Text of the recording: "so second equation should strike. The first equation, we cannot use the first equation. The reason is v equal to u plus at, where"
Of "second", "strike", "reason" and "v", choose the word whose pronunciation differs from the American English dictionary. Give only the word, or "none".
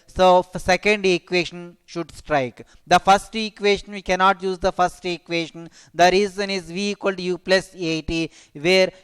none